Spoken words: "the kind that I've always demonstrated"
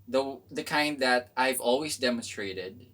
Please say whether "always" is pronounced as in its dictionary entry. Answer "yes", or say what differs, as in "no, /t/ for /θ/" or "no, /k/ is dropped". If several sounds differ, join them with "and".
yes